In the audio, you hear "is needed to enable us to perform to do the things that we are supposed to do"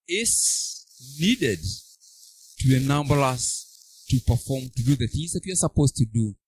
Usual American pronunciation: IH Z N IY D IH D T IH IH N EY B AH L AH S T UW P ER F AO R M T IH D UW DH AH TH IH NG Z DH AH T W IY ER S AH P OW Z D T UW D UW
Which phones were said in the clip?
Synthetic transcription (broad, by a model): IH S N IY D IH D T IH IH N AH B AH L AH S T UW P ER F AO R M T IH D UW DH AH TH IH NG Z DH AH T W IY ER S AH P OW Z T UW D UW